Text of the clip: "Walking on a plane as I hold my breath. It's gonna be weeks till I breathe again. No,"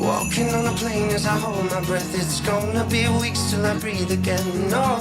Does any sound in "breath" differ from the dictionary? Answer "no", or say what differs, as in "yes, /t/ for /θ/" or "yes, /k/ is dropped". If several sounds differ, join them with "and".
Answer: no